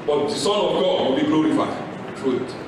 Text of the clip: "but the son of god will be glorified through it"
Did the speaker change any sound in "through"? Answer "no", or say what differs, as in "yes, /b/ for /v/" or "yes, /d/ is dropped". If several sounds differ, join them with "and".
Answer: yes, /t/ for /θ/